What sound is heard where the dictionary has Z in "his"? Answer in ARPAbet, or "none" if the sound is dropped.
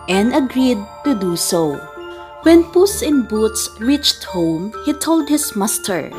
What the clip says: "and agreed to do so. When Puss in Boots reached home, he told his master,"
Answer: S